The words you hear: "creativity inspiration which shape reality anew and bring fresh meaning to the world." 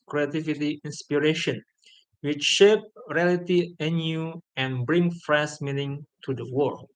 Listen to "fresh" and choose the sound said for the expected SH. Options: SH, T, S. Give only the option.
S